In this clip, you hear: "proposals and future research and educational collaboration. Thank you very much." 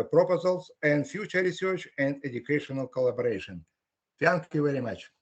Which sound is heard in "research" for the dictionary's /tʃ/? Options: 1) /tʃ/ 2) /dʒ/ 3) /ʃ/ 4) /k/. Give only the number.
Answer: 1